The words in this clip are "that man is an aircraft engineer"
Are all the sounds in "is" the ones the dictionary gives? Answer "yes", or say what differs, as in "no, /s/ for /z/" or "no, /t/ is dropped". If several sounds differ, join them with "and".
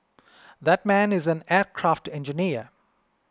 yes